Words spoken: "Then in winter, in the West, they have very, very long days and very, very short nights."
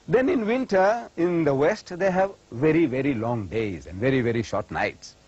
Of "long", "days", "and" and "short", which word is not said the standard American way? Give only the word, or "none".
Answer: none